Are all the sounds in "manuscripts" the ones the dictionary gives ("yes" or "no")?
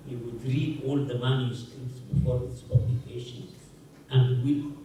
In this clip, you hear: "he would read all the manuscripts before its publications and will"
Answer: no